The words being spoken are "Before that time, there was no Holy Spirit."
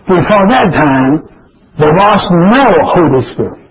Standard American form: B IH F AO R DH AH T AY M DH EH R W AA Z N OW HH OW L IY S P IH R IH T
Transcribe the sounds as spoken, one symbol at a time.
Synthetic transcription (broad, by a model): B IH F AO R DH AH T AY M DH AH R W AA S N OW HH OW L IY S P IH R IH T